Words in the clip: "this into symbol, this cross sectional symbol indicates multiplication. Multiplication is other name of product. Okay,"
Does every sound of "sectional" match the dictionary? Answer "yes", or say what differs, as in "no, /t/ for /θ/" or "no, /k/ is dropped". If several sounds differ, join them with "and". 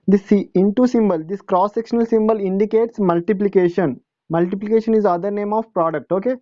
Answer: yes